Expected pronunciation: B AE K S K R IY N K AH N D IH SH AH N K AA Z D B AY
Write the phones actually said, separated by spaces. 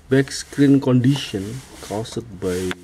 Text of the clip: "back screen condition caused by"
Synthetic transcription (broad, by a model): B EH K S K R IY N K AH N D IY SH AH N K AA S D B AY